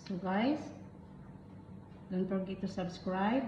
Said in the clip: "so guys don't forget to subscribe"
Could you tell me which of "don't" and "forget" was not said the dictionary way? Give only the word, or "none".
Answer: forget